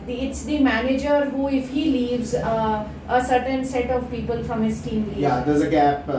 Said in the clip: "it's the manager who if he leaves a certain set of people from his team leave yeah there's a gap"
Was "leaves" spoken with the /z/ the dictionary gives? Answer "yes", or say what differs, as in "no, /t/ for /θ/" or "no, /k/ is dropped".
yes